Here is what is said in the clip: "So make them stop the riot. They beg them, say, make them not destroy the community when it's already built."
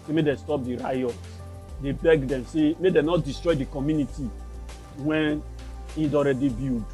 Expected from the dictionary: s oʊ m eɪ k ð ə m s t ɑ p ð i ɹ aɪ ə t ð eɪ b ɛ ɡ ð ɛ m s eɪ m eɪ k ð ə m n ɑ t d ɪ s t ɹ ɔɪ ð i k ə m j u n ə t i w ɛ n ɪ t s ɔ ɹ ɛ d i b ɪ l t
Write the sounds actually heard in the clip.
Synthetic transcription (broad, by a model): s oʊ m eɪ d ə s t ɑ p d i ɹ aɪ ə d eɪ b ɛ ɡ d ɛ m s eɪ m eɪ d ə n ɑ t d ɪ s t ɹ ɔɪ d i k ə m j u n ə t i w ɛ n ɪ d ɔ ɹ ɛ d i b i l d